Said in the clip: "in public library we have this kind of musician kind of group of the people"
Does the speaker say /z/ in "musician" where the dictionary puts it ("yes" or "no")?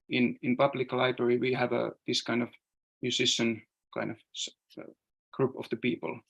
no